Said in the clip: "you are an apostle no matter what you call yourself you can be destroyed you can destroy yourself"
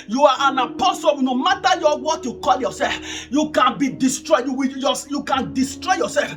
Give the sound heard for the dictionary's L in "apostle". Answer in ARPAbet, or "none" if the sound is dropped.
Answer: W